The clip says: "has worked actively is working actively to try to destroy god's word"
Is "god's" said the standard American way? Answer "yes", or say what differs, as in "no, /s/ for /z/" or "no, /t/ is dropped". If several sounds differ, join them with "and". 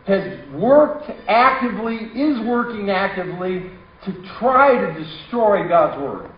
yes